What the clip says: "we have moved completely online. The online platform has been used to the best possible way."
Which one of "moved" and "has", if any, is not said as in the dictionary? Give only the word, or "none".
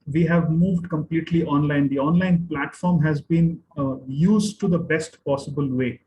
none